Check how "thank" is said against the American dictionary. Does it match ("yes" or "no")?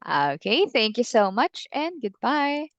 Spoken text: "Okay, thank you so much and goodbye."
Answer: yes